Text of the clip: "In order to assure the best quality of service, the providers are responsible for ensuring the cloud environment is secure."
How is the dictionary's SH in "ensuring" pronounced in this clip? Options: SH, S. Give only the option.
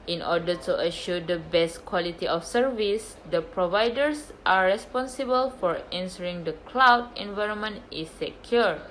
S